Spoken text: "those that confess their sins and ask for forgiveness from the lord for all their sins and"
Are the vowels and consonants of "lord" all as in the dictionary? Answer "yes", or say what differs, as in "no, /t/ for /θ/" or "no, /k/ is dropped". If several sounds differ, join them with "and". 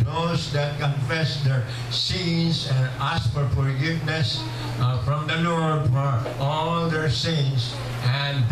no, /n/ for /l/